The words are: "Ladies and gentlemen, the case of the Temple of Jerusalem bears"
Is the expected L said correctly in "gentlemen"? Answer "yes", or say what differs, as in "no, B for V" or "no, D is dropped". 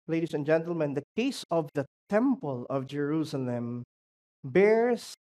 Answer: yes